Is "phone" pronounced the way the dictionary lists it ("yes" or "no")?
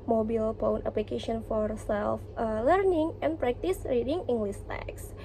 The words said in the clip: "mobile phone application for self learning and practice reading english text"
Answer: no